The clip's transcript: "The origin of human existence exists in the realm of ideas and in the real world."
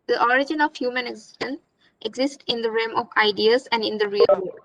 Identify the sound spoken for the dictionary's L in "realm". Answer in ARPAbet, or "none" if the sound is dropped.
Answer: none